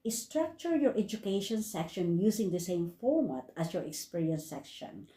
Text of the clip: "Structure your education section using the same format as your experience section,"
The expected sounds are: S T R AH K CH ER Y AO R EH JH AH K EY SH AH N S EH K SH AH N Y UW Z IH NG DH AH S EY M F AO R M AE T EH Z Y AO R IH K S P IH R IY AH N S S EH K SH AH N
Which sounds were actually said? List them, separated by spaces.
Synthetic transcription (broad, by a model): S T R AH K CH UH Y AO R EH JH AH K EY SH AH N S EH K SH AH N Y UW S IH NG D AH S EY M F AO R M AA T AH S Y AO R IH K S P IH R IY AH N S S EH K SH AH N